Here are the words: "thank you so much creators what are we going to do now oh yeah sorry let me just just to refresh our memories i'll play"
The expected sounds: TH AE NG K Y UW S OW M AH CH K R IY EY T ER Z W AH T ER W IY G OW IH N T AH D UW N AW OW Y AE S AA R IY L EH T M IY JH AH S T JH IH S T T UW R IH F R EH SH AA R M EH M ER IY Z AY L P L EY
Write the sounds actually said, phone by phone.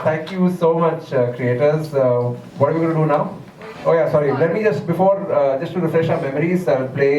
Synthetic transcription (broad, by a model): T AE NG K Y UW S OW M AH CH K R IY EY T ER Z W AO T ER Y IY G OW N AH D UW N AW OW Y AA S AA R IY L EH T M IY JH AH S T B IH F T T UW R IH F R EH SH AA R M EH M ER IY Z AY L P L EY